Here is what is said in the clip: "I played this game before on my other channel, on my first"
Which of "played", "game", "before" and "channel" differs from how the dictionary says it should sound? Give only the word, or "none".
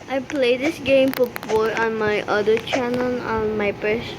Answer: before